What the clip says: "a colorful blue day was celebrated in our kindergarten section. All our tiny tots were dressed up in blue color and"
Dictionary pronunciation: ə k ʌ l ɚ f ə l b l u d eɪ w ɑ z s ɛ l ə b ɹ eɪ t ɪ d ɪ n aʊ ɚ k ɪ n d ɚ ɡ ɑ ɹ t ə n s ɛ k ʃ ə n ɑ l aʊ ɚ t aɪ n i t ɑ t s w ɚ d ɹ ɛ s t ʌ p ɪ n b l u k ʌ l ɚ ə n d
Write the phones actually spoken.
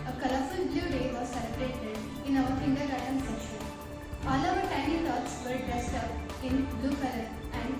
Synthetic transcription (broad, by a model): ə k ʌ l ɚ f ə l b l u d eɪ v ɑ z s ɛ l ə b ɹ eɪ t ɪ d ɪ n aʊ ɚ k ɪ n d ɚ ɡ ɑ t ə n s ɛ ʃ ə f ɑ l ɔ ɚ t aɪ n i t ɑ t s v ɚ d ɹ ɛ s t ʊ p ɪ n b l u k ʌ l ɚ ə n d